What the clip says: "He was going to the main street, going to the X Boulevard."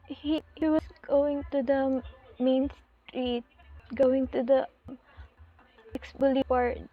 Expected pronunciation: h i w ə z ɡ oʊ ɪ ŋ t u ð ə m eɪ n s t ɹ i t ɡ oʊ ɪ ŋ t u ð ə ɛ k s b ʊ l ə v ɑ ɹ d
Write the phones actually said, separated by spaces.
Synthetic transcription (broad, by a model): h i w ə s ɡ oʊ ɪ ŋ t u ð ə m eɪ n s t ɹ i t ɡ oʊ ɪ ŋ t u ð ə ɛ k s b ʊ l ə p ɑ ɹ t